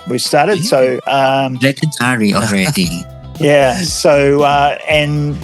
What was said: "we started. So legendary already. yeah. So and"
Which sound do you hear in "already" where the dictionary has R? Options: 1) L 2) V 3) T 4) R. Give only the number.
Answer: 4